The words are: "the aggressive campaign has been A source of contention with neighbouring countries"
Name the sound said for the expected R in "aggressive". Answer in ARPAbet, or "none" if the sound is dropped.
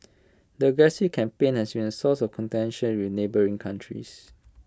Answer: none